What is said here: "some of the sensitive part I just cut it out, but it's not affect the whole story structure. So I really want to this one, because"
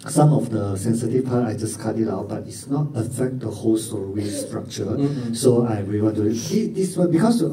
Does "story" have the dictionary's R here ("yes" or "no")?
no